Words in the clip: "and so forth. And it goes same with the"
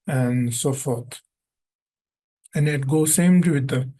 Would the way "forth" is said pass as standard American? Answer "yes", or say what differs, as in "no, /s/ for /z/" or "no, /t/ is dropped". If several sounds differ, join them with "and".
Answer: no, /t/ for /θ/